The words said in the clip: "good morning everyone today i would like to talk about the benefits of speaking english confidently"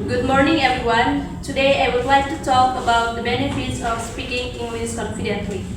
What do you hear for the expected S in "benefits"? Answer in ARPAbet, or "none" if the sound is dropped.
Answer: S